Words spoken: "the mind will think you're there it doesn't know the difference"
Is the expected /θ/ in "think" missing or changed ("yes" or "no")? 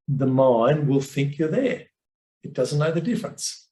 no